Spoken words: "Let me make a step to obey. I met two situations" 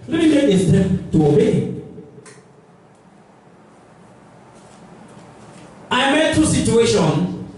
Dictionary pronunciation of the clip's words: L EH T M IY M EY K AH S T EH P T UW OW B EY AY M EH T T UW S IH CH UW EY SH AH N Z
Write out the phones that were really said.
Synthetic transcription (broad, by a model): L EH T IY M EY AH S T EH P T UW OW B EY AY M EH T T UW S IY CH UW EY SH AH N